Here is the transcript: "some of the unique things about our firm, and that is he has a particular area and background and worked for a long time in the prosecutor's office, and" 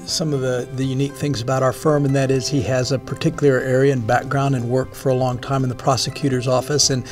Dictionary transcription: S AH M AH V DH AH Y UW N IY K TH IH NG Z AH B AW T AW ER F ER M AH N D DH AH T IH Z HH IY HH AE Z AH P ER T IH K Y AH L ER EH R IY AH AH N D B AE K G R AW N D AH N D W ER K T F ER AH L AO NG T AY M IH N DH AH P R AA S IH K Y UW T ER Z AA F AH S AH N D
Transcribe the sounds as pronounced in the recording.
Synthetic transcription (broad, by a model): S AH M AH V DH AH Y UW N IY K TH IH NG Z AH B AW T AW ER F ER M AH N DH AH T IH Z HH IY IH Z AH P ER T IH K Y L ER EH R IY AH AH N B AE K G R AW N D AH N W ER K F ER AH L AO NG T AY M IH N DH AH P R AA S IH K Y UW T ER Z AA F AH S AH N